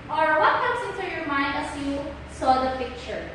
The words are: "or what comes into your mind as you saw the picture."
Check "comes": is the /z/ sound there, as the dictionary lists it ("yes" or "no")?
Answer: no